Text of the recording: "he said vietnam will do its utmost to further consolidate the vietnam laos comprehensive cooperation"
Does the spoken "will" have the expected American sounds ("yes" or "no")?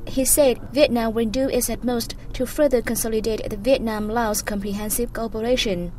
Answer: no